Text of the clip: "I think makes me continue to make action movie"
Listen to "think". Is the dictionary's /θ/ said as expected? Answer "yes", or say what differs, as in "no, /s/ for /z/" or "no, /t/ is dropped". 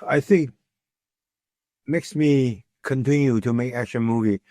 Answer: yes